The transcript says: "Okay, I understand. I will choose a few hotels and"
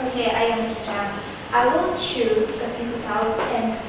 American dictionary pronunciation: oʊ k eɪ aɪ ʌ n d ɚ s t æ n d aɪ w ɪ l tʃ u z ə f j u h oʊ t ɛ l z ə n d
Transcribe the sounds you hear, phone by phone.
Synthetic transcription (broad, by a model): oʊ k aɪ ʌ n d ɚ s t æ n d aɪ w ɪ l tʃ u z ə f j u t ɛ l ə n